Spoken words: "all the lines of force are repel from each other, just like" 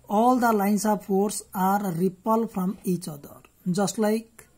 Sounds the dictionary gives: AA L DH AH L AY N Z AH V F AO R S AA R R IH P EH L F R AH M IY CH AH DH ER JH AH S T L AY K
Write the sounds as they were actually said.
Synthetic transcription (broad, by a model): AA L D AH L AY N S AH B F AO R S AA R R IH P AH L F R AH M IY CH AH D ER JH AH S T L AY K